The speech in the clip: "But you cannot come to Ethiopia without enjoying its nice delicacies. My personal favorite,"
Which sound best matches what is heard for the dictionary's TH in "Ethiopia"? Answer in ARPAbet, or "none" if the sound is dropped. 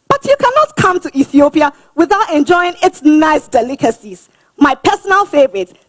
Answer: TH